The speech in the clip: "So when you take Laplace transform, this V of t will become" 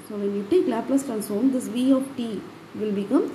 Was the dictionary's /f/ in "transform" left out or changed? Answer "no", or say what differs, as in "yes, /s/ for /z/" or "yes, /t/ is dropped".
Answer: yes, /f/ is dropped